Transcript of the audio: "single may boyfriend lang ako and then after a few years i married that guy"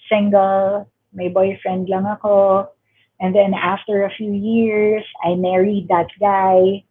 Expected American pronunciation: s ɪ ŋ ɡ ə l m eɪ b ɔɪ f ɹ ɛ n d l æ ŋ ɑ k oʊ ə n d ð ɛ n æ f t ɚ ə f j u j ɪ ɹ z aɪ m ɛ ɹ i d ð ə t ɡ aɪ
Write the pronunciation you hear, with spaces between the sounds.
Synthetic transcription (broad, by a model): s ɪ ŋ ɡ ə l m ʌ b ɔɪ f ɹ ɛ n d l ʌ ŋ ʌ k oʊ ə n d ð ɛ n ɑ f t ɚ ə f j u j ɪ ɹ s aɪ m ɛ ɹ i d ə t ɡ aɪ